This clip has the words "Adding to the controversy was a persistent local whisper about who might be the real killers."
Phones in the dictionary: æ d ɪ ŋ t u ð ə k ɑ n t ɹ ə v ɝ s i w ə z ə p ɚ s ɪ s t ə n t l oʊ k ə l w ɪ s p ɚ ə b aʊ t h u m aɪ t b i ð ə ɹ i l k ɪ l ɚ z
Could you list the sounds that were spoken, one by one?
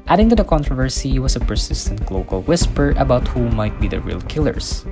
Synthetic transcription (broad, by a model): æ d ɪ ŋ t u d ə k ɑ n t ɹ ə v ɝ s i w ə s ə p ɚ s ɪ s t ə n t l oʊ k ə l w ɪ s p ɚ ə b aʊ t h u m aɪ t b i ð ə ɹ i l k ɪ l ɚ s